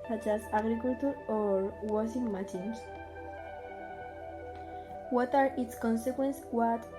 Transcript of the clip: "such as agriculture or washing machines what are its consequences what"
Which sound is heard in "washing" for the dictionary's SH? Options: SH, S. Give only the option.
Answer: S